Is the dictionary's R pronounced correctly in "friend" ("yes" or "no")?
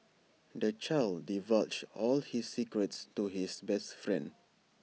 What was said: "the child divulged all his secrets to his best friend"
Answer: yes